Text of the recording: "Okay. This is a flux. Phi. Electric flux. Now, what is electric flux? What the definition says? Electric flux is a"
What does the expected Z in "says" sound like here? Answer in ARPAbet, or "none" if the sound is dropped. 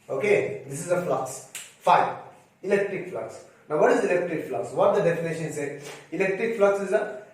none